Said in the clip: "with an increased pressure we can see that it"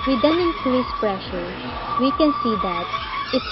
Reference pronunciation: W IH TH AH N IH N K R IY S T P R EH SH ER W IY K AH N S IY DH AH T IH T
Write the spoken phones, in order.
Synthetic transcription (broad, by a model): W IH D AH N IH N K IY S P R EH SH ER W IY K AH N S IY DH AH T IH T